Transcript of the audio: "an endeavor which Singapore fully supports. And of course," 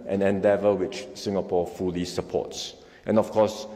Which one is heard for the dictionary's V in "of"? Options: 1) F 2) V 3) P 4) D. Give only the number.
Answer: 1